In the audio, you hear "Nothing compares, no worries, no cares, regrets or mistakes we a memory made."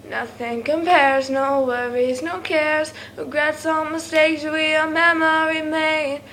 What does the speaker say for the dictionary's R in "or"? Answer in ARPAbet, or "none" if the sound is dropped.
L